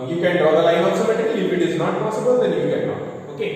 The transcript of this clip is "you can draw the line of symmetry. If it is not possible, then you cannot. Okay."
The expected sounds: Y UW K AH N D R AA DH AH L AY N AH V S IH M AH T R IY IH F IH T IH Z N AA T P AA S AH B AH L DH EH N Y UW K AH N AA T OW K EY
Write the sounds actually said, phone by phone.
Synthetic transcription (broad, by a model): Y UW K AH N D R AA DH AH L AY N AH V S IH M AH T IY IH F IH T IH Z N AA T P AA S AH B AH L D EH N Y UW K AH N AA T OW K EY